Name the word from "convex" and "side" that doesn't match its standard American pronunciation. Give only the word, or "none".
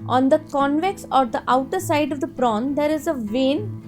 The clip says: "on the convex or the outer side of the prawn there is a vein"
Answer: none